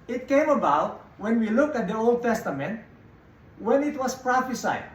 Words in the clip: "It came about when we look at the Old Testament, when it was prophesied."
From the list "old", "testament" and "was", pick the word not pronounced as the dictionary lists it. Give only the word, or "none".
was